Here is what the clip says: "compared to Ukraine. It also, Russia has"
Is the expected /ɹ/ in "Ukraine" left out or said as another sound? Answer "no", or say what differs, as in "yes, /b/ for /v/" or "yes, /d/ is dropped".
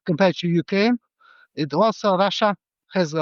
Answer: yes, /ɹ/ is dropped